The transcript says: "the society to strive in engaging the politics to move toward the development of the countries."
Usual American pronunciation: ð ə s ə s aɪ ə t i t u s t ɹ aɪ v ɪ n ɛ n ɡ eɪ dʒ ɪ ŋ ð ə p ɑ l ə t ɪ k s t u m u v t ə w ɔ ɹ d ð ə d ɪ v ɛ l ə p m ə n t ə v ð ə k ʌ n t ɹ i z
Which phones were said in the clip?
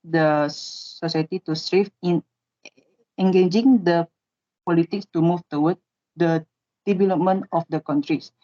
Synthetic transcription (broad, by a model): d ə s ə s aɪ t i t u s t ɹ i f ɪ n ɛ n ɡ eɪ dʒ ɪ ŋ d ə p ɑ l ə t ɪ k s t u m u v t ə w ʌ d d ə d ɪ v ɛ l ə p m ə n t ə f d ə k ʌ n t ɹ i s